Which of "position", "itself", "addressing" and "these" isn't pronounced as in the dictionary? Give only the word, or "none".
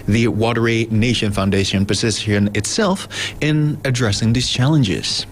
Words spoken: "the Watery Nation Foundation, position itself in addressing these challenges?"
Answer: position